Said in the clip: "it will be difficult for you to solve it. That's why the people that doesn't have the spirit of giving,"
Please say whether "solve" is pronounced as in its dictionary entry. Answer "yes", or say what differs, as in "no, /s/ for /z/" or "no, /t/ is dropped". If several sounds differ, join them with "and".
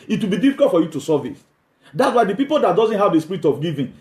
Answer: no, /l/ is dropped